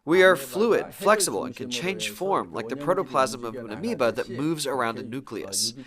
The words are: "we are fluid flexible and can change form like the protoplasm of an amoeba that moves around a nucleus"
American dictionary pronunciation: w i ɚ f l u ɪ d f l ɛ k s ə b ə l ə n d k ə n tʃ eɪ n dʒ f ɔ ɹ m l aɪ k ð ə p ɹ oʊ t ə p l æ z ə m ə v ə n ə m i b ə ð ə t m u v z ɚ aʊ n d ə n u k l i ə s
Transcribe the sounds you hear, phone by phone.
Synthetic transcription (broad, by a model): w i ɚ f l u ɪ d f l ɛ k s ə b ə l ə n k ə n tʃ eɪ n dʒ f ɔ ɹ m l aɪ k ð ə p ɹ oʊ t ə p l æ z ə m ə v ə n ə m i b ə ð ə t m u v z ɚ aʊ n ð ə n u k l i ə s